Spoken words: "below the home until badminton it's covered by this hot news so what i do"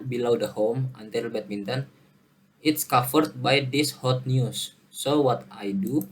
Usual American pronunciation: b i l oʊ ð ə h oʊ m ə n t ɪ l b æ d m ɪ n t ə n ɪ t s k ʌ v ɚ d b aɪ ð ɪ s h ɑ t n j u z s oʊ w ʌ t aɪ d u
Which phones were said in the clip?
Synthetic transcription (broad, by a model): b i l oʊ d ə h oʊ m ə n t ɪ l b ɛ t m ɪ n t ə n ɪ t s k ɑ f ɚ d b aɪ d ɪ s h ɑ t n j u s oʊ w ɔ t aɪ d u